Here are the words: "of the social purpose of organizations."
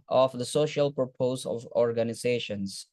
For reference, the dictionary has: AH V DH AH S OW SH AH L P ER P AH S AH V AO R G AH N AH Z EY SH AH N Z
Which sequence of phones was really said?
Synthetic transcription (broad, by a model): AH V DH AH S OW SH AH L P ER P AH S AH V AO R G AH N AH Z EY SH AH N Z